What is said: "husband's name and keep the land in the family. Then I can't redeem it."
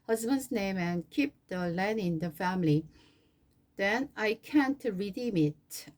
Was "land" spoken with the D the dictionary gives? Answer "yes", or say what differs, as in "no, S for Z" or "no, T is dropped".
no, D is dropped